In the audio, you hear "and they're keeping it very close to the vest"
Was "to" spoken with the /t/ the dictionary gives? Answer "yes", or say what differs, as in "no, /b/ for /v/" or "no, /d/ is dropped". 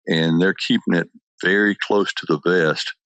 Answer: yes